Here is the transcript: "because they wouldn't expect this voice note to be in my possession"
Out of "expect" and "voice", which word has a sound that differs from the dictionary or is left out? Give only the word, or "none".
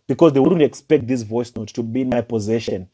none